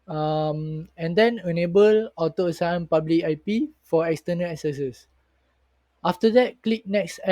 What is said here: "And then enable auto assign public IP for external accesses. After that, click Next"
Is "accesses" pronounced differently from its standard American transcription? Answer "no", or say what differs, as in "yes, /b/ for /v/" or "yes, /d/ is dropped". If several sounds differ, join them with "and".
yes, /s/ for /z/